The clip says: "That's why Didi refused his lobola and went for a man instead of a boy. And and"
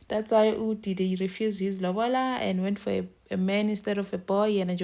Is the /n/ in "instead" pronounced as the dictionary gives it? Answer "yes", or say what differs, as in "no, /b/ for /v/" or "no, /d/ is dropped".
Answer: no, /n/ is dropped